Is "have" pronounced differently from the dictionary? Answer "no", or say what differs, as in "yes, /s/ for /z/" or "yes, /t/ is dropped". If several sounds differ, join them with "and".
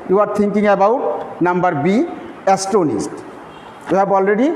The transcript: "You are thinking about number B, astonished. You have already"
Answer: yes, /b/ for /v/